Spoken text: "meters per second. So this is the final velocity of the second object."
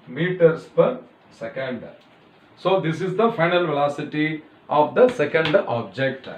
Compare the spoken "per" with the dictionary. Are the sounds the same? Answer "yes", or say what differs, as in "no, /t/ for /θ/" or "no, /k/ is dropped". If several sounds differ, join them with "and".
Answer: yes